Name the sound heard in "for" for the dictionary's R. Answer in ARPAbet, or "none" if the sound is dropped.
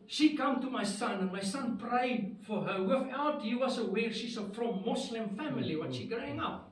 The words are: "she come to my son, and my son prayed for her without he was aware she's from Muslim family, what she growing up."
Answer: R